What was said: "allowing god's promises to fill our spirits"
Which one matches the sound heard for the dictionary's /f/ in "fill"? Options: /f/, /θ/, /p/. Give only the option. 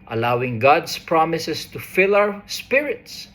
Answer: /f/